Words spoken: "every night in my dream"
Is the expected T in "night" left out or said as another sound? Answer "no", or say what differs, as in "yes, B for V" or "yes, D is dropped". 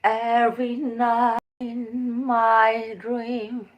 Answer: yes, T is dropped